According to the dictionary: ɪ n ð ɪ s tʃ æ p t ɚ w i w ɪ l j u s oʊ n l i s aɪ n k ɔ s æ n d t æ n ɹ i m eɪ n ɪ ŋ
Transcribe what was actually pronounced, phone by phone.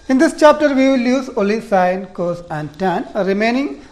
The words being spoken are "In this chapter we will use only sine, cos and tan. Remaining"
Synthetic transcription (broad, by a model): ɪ n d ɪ s tʃ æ p t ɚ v i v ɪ l j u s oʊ l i s aɪ n k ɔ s æ n d t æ n ɹ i m eɪ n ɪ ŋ